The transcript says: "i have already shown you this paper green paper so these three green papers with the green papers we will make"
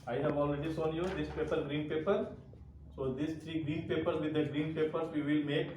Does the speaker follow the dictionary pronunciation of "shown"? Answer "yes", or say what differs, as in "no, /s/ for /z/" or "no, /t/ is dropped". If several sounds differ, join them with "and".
no, /s/ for /ʃ/